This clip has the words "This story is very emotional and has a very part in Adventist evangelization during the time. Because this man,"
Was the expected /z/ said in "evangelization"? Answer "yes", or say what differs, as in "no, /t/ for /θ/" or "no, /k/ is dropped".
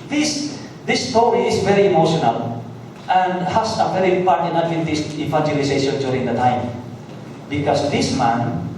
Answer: no, /s/ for /z/